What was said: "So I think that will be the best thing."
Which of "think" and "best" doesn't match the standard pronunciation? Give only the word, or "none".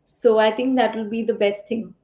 think